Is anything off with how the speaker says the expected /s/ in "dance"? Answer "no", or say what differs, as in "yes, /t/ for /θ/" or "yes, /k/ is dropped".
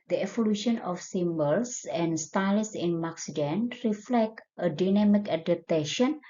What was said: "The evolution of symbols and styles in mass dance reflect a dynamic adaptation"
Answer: yes, /s/ is dropped